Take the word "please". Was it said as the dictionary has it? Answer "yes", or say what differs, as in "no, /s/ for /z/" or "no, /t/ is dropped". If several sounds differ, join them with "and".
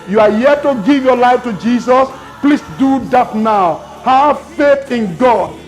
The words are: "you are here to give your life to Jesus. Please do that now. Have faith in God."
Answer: no, /s/ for /z/